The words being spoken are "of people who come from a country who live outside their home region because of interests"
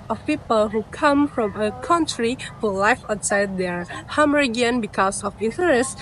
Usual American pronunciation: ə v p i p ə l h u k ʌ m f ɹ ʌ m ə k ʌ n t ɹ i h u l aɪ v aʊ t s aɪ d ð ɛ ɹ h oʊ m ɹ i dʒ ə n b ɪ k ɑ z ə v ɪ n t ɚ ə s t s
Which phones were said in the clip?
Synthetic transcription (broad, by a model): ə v p i p ə l h u k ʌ m f ɹ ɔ m ə k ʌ n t ɹ i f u l aɪ f aʊ t s aɪ d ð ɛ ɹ h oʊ m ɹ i ə n b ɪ k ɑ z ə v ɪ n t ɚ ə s s